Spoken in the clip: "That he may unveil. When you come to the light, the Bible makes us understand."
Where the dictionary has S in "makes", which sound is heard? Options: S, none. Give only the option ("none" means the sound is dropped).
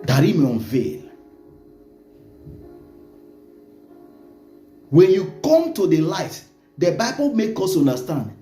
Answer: none